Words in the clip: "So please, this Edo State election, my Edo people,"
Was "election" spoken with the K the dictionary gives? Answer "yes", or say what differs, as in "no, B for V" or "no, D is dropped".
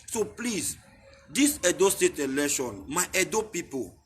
no, K is dropped